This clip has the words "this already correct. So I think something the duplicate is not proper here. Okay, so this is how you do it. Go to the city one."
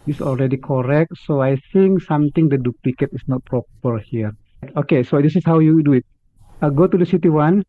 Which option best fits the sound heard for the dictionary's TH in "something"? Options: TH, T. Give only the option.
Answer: T